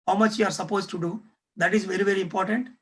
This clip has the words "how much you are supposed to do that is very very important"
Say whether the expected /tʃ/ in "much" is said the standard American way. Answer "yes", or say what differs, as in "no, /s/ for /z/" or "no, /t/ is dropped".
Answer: yes